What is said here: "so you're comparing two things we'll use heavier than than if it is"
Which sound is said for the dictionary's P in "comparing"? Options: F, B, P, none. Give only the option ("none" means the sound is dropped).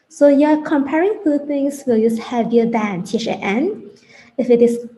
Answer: P